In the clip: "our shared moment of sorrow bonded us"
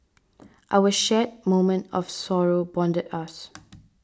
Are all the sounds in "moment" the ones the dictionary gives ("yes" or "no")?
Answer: yes